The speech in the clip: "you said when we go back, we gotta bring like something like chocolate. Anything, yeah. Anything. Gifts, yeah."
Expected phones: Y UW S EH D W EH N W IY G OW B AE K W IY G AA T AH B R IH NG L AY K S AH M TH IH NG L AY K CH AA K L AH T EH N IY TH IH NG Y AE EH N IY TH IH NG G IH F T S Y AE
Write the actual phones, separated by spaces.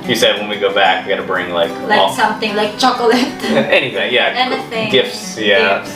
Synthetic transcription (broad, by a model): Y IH S EH D W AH N W IY G OW B AE K W IY G AA T AH B R IH NG L AY K S AH M TH IH NG L AY K CH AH K L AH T EH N IY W IH Y AE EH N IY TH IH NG G IH F T S Y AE